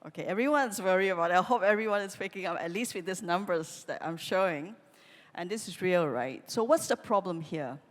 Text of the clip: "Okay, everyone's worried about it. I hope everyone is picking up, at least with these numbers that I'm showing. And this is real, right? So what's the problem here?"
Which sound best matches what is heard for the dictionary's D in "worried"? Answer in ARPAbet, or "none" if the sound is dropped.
none